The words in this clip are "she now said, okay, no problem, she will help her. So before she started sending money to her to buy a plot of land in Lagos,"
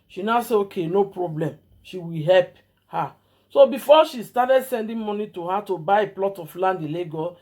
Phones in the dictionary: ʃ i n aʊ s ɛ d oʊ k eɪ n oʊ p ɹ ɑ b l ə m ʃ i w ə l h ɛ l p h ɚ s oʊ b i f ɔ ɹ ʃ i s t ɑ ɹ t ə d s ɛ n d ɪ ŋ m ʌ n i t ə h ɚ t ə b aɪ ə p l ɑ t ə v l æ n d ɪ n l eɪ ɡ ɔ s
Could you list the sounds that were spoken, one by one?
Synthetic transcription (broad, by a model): ʃ i n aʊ s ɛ oʊ k eɪ n oʊ p ɹ ɑ b l ə m ʃ i w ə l h ɛ l p h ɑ s oʊ b i f ɔ ʃ i s t ɑ t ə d s ɛ n d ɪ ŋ m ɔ n i t ə h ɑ t ə b aɪ ə p l ɑ t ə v l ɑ n d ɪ l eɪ ɡ ɔ